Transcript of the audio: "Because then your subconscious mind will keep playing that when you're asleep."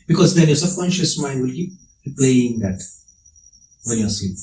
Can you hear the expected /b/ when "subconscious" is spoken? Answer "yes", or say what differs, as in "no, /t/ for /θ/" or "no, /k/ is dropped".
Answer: no, /b/ is dropped